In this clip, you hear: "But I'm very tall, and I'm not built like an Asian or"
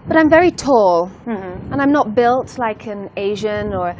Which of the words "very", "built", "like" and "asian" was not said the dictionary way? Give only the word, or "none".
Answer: none